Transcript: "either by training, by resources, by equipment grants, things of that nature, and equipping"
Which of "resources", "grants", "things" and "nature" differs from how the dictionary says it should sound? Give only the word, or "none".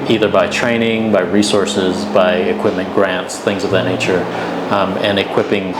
none